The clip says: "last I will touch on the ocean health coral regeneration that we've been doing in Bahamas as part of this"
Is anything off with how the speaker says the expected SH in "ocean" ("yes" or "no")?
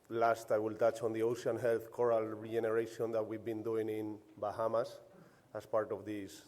yes